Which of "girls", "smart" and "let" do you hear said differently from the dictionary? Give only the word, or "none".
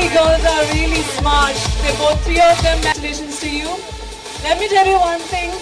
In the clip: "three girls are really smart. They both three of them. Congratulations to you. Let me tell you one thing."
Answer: girls